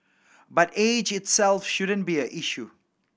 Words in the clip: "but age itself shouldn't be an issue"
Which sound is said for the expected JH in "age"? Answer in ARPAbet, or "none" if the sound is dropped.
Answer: JH